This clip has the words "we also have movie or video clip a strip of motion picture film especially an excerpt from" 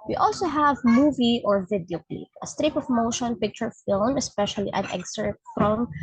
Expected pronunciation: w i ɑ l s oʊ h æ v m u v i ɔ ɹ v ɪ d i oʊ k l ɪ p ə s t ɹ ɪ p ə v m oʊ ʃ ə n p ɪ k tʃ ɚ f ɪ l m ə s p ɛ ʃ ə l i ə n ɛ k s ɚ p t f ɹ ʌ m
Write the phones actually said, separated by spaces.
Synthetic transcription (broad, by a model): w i ɑ l s oʊ h æ v m u v i ɔ ɹ v ɪ d i oʊ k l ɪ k ə s t ɹ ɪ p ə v m oʊ ʃ ə n p ɪ k tʃ ɚ f ɪ l m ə s p ɛ ʃ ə l i ə n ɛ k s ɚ t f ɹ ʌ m